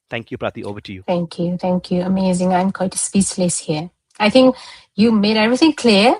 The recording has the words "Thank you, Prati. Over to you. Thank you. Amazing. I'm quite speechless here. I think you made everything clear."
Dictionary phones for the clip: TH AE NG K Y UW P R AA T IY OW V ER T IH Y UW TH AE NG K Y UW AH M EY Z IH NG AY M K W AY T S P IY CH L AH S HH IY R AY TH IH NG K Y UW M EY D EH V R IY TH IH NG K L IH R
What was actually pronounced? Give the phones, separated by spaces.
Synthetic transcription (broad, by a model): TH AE NG K Y UW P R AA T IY OW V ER T IH Y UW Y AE NG K Y UW AH M EY Z IH NG AY M K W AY T S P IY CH L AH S HH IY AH AY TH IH NG K Y UW M EY D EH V R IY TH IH NG K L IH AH